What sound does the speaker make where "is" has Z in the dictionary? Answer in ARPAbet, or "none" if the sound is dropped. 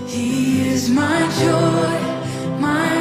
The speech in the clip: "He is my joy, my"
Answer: Z